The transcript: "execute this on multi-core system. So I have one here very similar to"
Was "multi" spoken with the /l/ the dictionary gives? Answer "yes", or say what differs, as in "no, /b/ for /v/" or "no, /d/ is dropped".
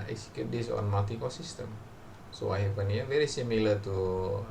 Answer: no, /l/ is dropped